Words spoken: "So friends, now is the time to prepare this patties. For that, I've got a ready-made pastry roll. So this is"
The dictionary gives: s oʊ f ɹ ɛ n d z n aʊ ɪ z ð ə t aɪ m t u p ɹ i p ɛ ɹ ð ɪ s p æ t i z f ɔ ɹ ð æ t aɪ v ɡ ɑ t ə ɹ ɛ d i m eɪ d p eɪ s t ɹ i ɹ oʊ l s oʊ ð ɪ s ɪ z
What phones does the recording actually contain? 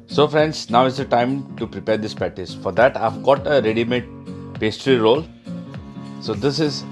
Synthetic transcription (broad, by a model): s oʊ f ɹ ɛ n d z n aʊ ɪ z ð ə t aɪ m t u p ɹ i p ɛ ɹ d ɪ s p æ t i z f ɔ ɹ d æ t aɪ v ɡ ɑ t ə ɹ ɛ d i m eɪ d p eɪ s t ɹ i ɹ oʊ l s oʊ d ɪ s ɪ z